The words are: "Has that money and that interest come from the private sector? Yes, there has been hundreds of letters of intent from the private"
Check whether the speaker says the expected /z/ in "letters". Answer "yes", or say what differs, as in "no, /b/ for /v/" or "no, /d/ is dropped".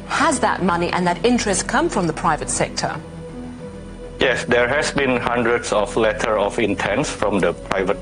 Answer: no, /z/ is dropped